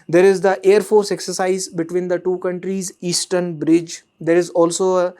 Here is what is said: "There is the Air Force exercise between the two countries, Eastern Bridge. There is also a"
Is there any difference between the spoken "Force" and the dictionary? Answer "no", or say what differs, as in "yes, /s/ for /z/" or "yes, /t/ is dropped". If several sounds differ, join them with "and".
no